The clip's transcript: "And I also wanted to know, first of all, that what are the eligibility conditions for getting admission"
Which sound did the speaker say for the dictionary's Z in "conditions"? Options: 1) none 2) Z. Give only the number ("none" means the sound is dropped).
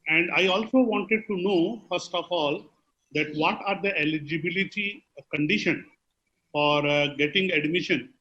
1